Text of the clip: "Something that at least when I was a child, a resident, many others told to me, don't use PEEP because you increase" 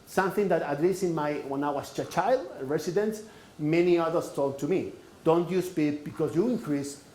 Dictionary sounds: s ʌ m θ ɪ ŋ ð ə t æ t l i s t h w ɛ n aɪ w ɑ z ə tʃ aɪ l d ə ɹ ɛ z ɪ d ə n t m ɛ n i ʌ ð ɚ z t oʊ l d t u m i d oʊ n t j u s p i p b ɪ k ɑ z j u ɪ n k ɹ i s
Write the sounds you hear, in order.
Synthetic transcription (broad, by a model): s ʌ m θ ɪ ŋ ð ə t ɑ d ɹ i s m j w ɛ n aɪ w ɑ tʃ ə tʃ aɪ l d ə ɹ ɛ s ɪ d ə n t m ɛ n i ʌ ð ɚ s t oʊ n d t u m i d oʊ n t j u s p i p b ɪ k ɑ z j u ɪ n k ɹ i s